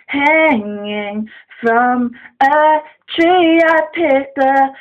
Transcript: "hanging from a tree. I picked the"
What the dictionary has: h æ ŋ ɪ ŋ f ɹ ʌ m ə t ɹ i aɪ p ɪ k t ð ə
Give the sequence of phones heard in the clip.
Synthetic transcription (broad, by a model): h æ ŋ ɪ ŋ f ɹ ʌ m ə t ɹ i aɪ p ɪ t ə